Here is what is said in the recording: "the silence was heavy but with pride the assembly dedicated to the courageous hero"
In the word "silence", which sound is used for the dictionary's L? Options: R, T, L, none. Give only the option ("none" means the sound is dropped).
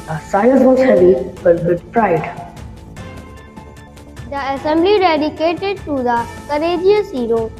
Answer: none